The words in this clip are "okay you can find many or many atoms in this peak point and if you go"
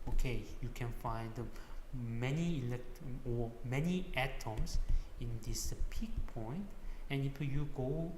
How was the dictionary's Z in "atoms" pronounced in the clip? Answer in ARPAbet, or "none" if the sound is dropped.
S